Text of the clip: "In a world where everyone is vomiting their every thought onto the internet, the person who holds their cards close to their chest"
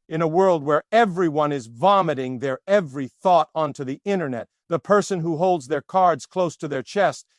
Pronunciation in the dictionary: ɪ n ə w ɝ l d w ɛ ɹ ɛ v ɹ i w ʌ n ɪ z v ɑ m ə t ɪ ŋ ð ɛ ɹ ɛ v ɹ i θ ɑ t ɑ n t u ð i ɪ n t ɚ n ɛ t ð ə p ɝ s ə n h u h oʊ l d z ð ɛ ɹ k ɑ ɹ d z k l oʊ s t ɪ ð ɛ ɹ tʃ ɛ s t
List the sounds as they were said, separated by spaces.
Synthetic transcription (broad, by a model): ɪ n ə w ɝ l d w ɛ ɹ ɛ v ɹ i w ʌ n ɪ z v ɑ m ə t ɪ ŋ ð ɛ ɹ ɛ v ɹ i θ ɑ t ɑ n t u ð i ɪ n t ɚ n ɛ t ð ə p ɝ s ə n h u h oʊ l d z ð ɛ ɹ k ɑ ɹ d z k l oʊ s t ɪ ð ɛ ɹ tʃ ɛ s t